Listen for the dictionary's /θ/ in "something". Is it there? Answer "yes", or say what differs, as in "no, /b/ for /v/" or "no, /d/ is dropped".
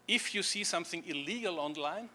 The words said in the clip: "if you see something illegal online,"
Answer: yes